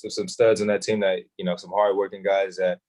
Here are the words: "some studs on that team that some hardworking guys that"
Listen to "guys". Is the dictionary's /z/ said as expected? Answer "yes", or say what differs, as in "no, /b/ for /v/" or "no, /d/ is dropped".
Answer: yes